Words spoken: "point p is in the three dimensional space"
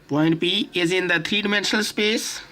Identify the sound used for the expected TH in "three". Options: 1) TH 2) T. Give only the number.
2